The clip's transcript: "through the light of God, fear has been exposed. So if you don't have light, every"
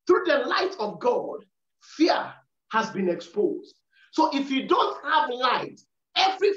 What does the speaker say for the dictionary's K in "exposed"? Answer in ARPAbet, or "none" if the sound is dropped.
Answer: K